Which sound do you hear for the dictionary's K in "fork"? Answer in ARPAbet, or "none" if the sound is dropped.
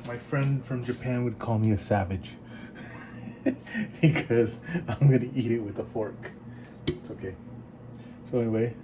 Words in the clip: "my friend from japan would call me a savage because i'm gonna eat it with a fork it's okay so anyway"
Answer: K